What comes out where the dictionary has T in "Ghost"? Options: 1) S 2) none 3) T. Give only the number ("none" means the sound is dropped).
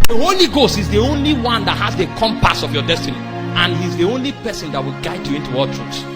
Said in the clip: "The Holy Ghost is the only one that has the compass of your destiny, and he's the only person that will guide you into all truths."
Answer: 3